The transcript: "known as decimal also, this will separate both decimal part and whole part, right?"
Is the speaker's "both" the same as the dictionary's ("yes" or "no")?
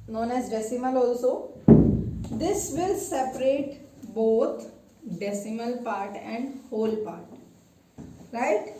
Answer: no